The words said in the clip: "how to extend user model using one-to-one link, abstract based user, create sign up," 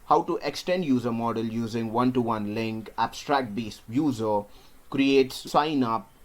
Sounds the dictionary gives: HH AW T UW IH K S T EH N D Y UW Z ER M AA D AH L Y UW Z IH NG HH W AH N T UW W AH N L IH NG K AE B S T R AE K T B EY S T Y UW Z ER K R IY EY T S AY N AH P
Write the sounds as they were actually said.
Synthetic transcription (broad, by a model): HH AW T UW IH K S T EH N D Y UW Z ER M AA D AH L Y UW Z IH NG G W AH N T UW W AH N L IH NG K AE B S T R AE K T B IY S Y UW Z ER K R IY EY T S AY N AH P